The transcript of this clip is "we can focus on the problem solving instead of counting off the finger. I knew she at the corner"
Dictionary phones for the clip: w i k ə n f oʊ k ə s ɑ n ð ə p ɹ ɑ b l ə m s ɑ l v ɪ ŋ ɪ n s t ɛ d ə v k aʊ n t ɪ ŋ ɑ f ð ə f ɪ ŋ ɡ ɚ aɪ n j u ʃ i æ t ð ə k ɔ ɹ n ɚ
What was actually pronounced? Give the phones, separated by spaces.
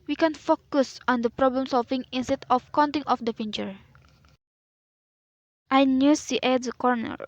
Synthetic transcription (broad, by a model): w i k ə n f oʊ k ə s ɑ n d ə p ɹ ɑ b l ə m s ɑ l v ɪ ŋ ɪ n s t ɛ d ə f k aʊ n t ɪ ŋ ɑ f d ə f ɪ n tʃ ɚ aɪ n j u s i t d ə k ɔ ɹ n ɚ